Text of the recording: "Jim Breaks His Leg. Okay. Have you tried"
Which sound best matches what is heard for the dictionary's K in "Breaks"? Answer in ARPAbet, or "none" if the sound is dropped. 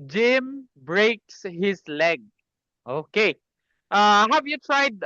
K